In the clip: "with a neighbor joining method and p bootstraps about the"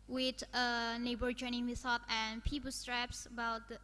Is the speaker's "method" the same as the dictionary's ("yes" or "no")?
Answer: no